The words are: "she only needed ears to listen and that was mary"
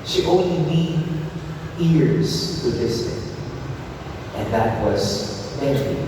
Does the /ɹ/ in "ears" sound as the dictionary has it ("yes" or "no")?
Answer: yes